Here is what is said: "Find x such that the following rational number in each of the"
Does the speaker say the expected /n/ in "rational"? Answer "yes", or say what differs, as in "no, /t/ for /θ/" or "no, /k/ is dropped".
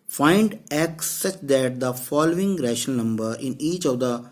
no, /n/ is dropped